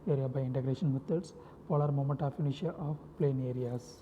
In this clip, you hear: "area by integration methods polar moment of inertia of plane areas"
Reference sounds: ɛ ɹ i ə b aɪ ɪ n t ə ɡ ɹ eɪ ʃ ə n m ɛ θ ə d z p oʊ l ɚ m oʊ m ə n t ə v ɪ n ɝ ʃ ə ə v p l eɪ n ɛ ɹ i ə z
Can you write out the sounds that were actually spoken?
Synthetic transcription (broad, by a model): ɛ ɹ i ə b aɪ ɪ n t ə ɡ ɹ eɪ ʃ ə n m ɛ t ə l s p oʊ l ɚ m oʊ m ə n t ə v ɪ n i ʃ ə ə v p l eɪ n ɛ ɹ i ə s